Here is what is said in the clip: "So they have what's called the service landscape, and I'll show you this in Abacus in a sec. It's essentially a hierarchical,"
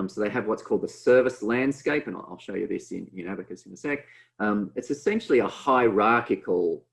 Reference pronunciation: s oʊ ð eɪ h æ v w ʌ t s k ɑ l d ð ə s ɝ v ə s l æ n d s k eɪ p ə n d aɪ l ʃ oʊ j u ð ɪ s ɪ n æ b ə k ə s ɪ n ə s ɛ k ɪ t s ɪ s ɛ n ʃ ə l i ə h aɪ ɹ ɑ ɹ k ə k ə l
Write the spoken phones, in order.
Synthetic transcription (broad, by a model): s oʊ ð eɪ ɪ v w ʌ t s k ɑ l d ð ə s ɝ v ə s l æ n d s k eɪ p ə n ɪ aɪ l ʃ oʊ j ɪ ð ɪ s ɪ n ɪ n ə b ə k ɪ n ə s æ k ɪ t s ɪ s ɛ n ʃ l i ə h aɪ ɹ ɑ ɹ k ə k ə l